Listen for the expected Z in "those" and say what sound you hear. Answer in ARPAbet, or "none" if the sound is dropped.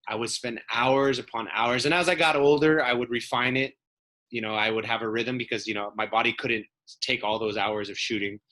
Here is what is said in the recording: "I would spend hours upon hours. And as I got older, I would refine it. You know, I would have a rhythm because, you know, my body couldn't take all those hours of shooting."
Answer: Z